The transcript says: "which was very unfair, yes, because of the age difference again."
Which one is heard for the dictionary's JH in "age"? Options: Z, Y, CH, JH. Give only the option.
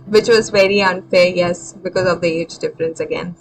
JH